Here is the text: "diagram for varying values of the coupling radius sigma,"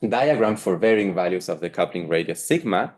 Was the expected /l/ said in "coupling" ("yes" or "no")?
yes